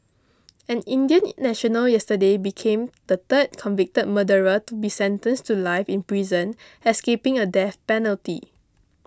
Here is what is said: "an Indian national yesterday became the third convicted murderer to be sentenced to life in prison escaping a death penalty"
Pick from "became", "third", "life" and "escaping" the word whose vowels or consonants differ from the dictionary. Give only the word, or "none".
third